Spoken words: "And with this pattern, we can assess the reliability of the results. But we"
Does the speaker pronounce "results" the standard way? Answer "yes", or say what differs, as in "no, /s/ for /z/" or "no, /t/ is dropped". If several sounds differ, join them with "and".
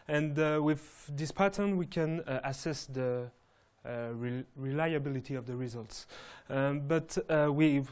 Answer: yes